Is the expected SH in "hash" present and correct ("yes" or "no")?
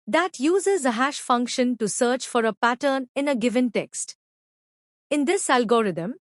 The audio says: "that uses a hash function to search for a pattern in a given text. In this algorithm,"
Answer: yes